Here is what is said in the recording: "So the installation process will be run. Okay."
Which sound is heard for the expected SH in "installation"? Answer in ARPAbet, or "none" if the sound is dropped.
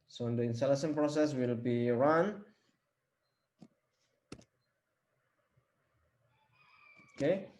S